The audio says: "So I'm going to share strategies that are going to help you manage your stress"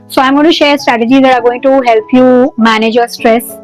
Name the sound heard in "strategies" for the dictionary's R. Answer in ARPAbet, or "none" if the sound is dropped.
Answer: R